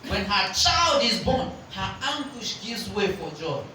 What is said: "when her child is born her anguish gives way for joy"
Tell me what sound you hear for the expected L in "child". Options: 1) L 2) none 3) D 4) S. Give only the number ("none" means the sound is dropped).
1